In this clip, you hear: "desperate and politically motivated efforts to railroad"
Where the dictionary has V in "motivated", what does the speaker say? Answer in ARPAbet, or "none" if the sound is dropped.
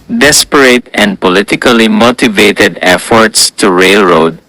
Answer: V